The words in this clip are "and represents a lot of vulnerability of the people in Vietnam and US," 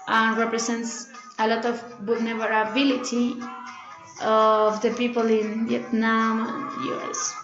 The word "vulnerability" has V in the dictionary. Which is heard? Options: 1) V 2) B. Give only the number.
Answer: 2